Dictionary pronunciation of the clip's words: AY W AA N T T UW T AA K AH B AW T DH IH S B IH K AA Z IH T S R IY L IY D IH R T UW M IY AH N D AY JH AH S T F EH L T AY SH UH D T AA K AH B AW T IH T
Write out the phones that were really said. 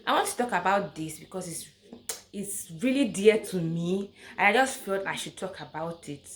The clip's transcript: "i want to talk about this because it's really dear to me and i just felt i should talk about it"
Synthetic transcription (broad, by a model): AY W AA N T T UW T AA K AH B AW T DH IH S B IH K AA S IH T S R IY L IY D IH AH T UW M IY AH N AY JH AH S T F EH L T AY SH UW D T AA K AH B AW T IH T